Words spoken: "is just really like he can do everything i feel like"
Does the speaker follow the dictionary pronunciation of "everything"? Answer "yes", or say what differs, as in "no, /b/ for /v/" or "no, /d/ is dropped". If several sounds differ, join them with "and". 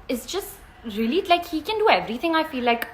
yes